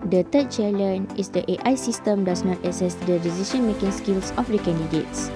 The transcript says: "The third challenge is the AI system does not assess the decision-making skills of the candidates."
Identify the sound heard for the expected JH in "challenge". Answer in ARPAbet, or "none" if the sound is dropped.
none